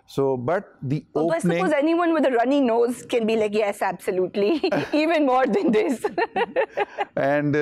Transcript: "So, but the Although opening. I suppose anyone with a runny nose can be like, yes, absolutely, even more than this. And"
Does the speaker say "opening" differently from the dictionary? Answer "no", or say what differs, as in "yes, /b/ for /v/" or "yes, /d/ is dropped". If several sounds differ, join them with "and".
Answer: yes, /p/ is dropped and /n/ is dropped